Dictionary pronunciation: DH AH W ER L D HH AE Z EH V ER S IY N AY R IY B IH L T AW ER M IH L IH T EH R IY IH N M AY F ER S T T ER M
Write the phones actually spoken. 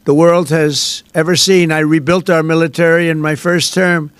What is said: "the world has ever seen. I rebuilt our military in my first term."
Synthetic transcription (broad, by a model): DH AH W ER L D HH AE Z EH V ER S IY N AY R IY B IH L T AW ER M IH L IH T EH R IY IH N M AY F ER S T T ER M